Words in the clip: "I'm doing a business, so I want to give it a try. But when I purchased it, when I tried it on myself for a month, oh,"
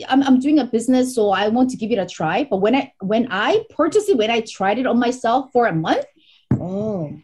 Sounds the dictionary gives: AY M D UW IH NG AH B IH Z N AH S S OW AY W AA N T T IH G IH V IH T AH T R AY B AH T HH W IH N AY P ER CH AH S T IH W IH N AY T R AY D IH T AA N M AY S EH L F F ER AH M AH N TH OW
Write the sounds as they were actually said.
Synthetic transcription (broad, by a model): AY M D UW IH NG AH B IH Z N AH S S OW AY W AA N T T IH G IH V IH T AH T R AY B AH T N W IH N AY P ER CH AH S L IH W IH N AY T R AY D IH T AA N M AY S EH L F F ER AH M AH N TH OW